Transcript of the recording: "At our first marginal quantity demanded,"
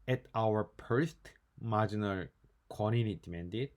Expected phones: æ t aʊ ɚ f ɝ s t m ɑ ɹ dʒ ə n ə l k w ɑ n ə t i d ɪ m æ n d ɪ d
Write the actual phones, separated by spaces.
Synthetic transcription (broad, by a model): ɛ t aʊ ɚ p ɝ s t m ɑ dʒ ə n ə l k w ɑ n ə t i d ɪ m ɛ n d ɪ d